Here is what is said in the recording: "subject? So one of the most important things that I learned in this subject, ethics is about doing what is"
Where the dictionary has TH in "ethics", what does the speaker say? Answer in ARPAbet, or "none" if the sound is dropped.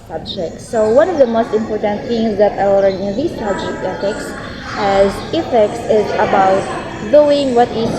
S